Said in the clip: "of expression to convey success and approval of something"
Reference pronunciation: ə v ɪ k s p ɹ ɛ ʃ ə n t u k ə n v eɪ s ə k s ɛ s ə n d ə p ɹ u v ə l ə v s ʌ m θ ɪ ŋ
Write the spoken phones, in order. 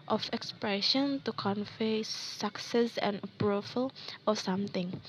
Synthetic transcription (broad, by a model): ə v ɪ k s p ɹ ɛ ʃ ə n t u k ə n f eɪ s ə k s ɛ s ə n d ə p ɹ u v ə l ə s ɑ m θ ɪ ŋ